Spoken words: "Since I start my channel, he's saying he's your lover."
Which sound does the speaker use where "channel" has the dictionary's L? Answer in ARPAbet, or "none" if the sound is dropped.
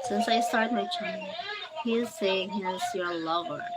N